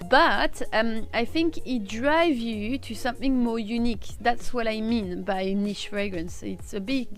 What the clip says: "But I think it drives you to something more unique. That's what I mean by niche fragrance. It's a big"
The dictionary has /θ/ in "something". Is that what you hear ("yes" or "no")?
yes